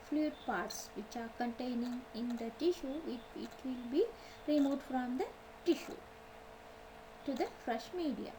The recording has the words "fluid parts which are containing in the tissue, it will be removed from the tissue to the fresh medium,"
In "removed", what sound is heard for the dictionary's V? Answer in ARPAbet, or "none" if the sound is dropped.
none